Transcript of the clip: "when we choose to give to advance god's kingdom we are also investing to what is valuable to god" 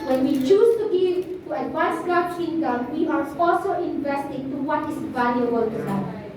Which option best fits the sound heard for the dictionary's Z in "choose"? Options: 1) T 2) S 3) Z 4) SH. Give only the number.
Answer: 2